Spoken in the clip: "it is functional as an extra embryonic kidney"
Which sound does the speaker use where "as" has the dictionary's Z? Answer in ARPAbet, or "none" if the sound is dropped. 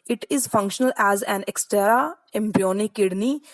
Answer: Z